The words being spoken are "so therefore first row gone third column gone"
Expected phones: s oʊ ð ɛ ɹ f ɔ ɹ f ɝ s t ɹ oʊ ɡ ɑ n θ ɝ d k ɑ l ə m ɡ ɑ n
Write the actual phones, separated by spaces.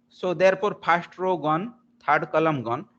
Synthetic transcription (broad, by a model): s oʊ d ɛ ɹ p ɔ ɹ p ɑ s t ɹ oʊ ɡ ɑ n t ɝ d k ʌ l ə m ɡ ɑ n